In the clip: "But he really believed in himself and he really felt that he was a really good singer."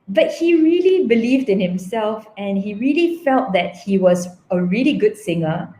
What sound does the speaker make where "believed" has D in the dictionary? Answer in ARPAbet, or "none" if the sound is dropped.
D